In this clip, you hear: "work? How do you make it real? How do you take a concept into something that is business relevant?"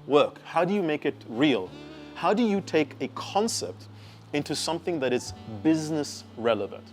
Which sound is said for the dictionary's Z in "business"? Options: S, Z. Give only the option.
Z